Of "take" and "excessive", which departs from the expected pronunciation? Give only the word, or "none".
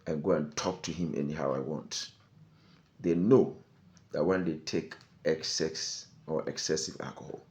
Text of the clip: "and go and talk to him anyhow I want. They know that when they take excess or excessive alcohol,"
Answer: none